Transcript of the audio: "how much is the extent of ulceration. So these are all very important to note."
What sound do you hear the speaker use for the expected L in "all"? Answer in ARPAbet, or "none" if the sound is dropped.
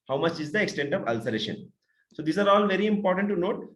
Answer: L